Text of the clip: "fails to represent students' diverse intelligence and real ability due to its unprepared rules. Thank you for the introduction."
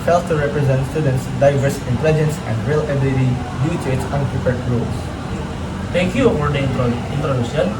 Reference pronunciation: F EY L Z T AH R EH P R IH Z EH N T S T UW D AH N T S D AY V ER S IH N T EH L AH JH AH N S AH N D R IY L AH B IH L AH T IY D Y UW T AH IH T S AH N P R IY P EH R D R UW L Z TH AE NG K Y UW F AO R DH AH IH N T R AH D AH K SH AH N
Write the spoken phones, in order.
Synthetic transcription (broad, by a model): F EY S T AH R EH P R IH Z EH N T S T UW D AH N T S D AY V ER S IH N T EH L AH JH AH N S AH N D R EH L AH B IH L AH T IY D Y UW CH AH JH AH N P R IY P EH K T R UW L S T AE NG K Y UW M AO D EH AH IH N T R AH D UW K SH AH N